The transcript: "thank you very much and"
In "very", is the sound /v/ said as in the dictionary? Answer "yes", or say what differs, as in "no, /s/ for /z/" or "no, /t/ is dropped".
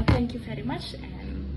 yes